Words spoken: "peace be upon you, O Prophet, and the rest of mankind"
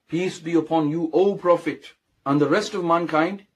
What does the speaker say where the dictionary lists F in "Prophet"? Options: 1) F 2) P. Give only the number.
1